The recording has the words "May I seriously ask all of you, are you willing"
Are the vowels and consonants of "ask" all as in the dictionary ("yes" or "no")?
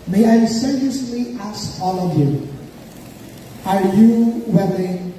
no